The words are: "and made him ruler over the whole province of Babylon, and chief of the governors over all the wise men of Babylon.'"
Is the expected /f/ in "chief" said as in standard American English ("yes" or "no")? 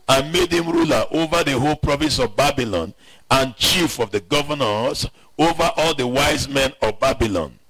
yes